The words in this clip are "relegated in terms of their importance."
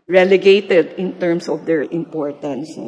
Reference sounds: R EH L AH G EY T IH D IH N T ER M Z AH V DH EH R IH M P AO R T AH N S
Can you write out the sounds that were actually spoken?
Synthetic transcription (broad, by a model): R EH L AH G EY T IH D IH N T ER M S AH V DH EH R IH M P AO R T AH N S